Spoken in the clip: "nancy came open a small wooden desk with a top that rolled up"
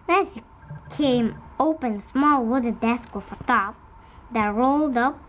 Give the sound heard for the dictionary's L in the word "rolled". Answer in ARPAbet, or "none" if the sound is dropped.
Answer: L